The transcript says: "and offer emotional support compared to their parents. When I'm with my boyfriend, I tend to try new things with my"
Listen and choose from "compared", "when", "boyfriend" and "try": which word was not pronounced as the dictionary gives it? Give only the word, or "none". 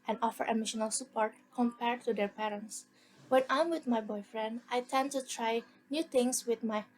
none